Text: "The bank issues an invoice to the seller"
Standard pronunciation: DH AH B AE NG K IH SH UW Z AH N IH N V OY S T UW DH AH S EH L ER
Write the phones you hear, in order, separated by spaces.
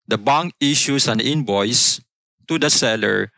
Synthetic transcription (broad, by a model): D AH B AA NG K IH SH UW S AH N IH N B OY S T UW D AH S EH L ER